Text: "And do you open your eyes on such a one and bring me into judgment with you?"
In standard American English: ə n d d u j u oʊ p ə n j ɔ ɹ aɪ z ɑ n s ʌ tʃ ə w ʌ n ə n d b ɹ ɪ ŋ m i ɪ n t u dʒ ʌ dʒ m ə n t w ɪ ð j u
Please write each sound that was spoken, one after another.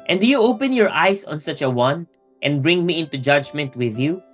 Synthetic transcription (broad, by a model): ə n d d u j u oʊ p ə n j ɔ ɹ aɪ s ɑ n s ʌ tʃ ə w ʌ n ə n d b ɹ ɪ ŋ m i ɪ n t u dʒ ʌ dʒ m ə n t w ɪ ð j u